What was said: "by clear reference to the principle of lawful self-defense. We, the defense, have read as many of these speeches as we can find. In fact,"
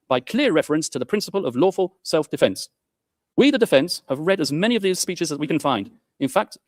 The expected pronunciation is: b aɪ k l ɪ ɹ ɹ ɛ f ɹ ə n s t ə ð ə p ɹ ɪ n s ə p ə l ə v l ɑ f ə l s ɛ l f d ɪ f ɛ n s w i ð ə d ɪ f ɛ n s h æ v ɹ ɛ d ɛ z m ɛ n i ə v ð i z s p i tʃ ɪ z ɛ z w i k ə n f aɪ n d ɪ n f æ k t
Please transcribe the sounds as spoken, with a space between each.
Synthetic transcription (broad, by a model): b aɪ k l ɪ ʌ ɹ ɛ f ɹ ə n s t ə ð ə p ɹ ɪ n s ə p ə l ə v l ɑ f ə l s ɛ l f d ɪ f ɛ n s w i ð ə d ɪ f ɛ n s h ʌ v ɹ ɛ d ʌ z m ɛ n i ə v ð i z s p i tʃ ɪ z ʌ z w i k ə n f aɪ n d ɪ n f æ k t